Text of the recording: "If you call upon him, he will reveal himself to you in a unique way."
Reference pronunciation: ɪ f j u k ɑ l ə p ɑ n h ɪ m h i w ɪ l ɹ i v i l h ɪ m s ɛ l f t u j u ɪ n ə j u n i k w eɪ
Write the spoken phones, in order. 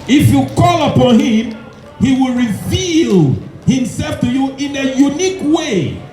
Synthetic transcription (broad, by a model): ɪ f j u k ɑ l ə p ɑ n h ɪ m h i w ɪ l ɹ i v i l h ɪ m s ɛ l f t u j u ɪ n ə j u n i k w eɪ